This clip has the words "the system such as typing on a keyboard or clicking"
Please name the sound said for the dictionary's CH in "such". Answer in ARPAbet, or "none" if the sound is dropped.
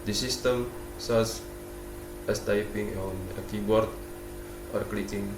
S